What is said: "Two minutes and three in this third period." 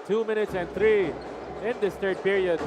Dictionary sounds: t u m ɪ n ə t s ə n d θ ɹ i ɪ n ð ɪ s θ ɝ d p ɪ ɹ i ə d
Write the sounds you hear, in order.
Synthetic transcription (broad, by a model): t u m ɪ n ə t s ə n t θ ɹ i ɪ n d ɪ s t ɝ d p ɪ ɹ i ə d